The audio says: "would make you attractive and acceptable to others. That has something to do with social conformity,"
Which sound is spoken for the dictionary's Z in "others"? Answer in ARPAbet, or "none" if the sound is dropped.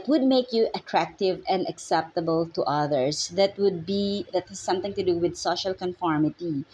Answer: S